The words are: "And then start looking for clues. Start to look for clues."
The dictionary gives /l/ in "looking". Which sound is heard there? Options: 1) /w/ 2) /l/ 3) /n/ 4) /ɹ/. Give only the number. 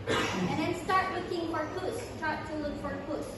1